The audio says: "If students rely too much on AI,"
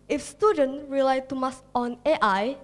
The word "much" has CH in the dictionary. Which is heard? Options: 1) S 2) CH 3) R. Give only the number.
1